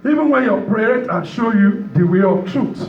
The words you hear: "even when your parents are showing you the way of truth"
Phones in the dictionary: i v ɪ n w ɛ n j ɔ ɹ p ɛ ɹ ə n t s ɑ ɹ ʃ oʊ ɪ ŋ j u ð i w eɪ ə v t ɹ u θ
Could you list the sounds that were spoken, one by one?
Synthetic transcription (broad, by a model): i v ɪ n w ɛ n j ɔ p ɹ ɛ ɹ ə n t ɑ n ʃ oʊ j u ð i w eɪ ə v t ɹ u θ